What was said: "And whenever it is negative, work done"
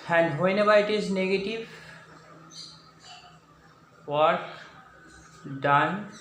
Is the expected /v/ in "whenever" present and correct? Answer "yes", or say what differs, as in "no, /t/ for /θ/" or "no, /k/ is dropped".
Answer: no, /b/ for /v/